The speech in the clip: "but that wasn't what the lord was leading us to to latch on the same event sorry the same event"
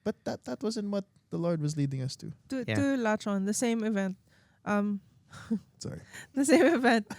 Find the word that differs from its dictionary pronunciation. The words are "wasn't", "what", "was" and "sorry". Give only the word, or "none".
none